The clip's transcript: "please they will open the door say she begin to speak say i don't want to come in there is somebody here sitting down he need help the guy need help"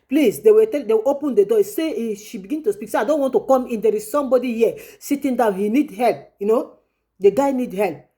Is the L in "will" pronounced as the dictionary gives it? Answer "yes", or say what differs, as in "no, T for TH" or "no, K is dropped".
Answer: no, W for L